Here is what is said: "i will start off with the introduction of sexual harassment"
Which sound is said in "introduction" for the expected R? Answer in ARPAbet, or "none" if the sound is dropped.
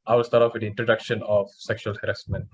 R